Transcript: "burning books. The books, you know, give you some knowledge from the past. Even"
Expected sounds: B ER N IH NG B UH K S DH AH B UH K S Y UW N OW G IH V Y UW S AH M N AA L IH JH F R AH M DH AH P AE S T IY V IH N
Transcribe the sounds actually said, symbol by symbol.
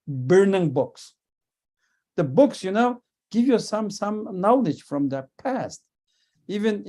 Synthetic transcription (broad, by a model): B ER N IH NG B UH K S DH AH B UH K S Y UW N OW G IH V Y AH S AH M N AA L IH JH F R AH M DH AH P AE S T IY V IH N